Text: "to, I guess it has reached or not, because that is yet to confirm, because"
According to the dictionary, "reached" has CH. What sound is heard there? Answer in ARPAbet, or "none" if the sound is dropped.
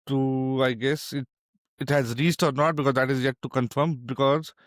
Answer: S